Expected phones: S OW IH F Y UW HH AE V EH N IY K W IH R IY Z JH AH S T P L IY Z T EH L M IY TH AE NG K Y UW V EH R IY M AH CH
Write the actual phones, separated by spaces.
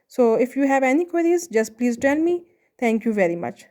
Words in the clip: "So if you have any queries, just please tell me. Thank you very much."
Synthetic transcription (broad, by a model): S OW IH F Y UW HH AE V EH N IY K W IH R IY Z JH AH S T P L IY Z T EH N M IY T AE NG K Y UW V EH R IY M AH CH